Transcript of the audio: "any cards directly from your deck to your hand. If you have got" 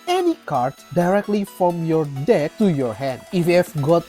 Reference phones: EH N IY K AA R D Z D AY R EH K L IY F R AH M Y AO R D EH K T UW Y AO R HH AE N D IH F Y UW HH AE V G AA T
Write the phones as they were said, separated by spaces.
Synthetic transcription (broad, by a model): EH N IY K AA R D D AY R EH K L IY F R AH M Y AO R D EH K T UW Y AO R HH AE N D IH F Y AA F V G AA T